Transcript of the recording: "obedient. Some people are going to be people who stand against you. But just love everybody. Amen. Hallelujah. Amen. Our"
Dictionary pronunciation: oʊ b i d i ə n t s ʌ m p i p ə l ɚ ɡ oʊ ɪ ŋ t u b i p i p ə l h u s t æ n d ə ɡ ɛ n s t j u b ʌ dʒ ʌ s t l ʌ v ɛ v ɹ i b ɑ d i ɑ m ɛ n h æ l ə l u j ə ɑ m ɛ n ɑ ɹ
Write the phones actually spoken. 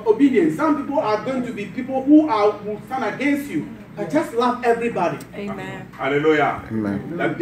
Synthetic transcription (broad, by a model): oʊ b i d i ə n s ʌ m p i p ə l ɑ ɡ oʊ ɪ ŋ t u b i p i p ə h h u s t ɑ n ə ɡ ɛ n s t j u dʒ ʌ s t l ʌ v ɛ v ɹ i b ɑ d i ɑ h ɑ l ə l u j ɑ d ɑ